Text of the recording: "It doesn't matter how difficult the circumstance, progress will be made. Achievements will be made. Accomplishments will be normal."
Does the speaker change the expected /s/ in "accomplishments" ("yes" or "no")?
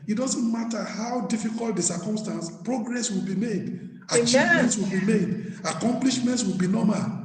no